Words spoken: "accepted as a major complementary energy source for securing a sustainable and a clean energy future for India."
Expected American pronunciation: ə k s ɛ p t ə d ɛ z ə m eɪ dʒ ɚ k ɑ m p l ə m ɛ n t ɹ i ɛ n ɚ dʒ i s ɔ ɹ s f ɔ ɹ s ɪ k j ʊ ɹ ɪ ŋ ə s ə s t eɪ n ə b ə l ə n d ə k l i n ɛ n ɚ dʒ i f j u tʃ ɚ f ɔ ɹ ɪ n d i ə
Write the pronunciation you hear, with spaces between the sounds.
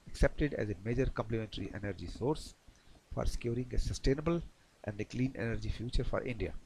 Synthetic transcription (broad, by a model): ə k s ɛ p t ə d ɛ z ə m eɪ dʒ ɚ k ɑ m p l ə m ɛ n t ɹ i ɛ n ɚ dʒ i s ɔ ɹ s f ɔ ɹ s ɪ k j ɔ ɹ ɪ ŋ ə s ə s t eɪ n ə b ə l ə n d ə k l i n ɛ n ɚ dʒ i f j u tʃ ɚ f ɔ ɹ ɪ n d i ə